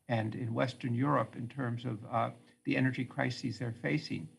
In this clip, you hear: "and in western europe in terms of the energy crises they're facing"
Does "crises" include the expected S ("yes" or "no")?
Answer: yes